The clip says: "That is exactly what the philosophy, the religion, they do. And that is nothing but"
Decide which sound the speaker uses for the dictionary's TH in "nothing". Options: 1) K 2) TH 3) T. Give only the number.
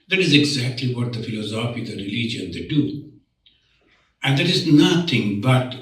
3